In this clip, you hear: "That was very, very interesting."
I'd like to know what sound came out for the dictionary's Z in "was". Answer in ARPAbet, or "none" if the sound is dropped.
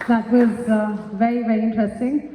Z